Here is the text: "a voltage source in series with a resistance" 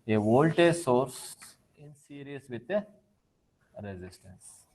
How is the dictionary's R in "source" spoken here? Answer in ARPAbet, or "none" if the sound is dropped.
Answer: R